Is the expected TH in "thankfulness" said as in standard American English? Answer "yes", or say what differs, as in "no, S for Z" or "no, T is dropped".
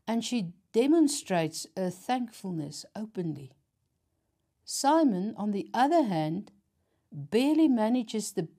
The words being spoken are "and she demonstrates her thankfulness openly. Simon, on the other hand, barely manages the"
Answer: yes